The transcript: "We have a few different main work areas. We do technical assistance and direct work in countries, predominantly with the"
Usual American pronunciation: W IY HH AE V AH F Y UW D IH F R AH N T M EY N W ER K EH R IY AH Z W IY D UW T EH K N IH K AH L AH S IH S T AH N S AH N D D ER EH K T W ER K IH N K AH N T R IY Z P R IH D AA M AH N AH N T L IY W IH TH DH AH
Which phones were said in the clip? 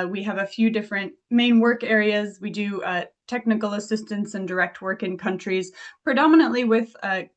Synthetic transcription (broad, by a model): W IY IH V AH F Y UW D IH F R AH N T M EY N W ER K EH R IY AH Z W IY D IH T EH K N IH K L AH S IH S T AH N S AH N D D ER EH K T W ER K IH N K AH N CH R IY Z P R IH D AA M AH N AH N T L IY W IH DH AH